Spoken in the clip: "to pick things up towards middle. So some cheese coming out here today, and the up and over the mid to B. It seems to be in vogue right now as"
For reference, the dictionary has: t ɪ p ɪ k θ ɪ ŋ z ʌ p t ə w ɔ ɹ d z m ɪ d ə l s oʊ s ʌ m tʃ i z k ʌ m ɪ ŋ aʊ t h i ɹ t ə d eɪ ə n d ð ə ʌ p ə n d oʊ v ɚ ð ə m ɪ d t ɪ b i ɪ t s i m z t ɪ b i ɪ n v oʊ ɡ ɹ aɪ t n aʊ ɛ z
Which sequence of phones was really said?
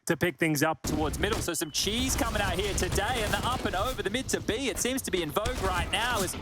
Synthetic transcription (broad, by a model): t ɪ p ɪ k θ ɪ ŋ z ʌ p t ə w ɔ ɹ d z m ɪ d l s oʊ s ʌ m tʃ i z k ʌ m ɪ ŋ aʊ t h i ɹ t ə d eɪ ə n ð ə ʌ p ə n oʊ v ɚ ð ə m ɪ d t ɪ b i ɪ t s i m z t ɪ b i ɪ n v oʊ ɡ ɹ aɪ t n aʊ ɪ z